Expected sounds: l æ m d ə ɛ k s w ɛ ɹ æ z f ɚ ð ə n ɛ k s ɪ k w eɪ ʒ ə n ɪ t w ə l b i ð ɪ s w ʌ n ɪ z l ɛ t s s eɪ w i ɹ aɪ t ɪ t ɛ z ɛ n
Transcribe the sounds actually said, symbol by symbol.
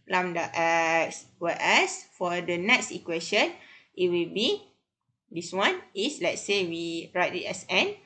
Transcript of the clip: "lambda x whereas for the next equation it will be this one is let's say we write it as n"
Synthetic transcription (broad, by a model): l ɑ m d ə ɛ k s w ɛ ɛ s f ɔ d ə n ɛ k s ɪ k w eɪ ʃ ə n ɪ t w ə l b i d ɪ s w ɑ n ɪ s l ɛ t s s eɪ w i ɹ aɪ t ɪ t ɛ s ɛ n